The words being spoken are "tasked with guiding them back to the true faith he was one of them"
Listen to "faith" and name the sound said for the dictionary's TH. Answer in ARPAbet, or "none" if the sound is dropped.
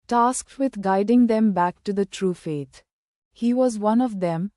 T